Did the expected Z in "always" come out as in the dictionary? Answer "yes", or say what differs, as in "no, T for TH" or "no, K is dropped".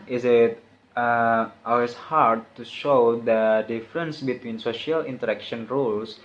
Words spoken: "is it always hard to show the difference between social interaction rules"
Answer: no, S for Z